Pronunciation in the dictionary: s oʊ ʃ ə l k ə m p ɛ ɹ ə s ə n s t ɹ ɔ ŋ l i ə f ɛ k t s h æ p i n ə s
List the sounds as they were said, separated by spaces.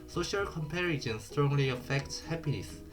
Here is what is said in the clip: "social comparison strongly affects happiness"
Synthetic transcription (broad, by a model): s oʊ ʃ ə l k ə m p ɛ ɹ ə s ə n s t ɹ ɔ ŋ l i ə f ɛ k t h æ p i n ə s